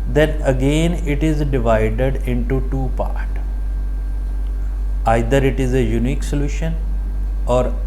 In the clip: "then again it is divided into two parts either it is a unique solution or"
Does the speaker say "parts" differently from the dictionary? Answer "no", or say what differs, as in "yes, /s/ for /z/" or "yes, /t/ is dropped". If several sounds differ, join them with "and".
yes, /s/ is dropped